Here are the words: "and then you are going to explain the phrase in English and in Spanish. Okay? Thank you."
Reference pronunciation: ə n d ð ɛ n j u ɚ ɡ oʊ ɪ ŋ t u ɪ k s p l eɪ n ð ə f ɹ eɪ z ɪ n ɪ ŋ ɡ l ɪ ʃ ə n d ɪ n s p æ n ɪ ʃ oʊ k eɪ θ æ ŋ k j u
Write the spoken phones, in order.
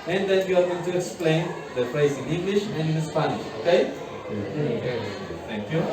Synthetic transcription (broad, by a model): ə n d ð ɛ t j u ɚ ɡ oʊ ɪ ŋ t u ɪ k s p l eɪ n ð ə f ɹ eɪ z ɪ n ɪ ŋ ɡ l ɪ ʃ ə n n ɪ s p æ n ɪ ʃ oʊ k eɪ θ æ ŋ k j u